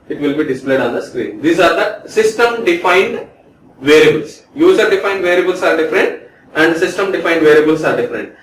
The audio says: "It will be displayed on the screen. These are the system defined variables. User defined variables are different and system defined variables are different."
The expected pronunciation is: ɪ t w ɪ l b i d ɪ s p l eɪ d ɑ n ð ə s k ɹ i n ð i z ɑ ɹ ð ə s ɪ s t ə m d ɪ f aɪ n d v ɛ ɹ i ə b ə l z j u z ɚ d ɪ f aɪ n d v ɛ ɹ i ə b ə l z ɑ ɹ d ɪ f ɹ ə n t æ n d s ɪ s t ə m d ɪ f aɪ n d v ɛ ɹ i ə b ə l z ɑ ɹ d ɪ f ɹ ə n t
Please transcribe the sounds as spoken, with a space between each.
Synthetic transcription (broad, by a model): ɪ t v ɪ l b i d ɪ s p l eɪ d ɑ n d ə s k ɹ i n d i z ɑ ɹ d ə s ɪ s t ə m d ɪ f aɪ n d v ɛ ɹ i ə b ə l s j u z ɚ d ɪ f aɪ n d v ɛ ɹ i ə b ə l s ɑ ɹ d ɪ f ɹ ə n t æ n d s ɪ s t ə m d ɪ f aɪ n d v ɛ ɹ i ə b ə l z ɑ ɹ d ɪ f ɹ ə n t